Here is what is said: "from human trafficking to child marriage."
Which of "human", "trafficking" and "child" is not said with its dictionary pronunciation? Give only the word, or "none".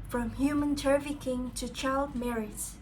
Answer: trafficking